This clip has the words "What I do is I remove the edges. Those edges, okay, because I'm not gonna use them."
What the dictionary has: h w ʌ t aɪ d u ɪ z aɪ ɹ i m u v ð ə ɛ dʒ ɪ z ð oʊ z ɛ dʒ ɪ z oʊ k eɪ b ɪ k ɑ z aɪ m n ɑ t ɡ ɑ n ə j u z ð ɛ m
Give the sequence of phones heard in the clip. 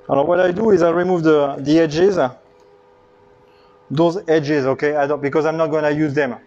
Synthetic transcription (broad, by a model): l w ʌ t aɪ d u ɪ z aɪ ɹ i m u v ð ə ɛ dʒ ɪ z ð oʊ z ɛ dʒ ɪ z oʊ k eɪ b ɪ k ɑ z aɪ m n ɑ t ɡ ɑ n ə j u z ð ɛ m